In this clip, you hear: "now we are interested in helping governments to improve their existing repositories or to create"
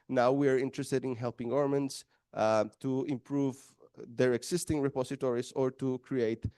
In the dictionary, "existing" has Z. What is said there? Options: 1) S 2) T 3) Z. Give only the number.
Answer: 1